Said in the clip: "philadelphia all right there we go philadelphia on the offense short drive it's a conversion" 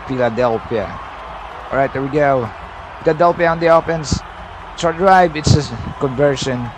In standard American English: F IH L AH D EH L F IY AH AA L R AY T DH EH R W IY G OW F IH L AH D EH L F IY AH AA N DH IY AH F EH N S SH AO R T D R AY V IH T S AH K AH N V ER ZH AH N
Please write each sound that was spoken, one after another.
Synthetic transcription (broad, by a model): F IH L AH D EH L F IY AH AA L R AY T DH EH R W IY G OW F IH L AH D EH L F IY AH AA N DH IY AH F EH N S S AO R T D R AY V IH T S AH K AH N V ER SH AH N